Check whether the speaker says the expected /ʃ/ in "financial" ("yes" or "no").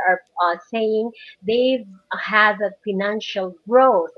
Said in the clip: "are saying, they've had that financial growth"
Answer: yes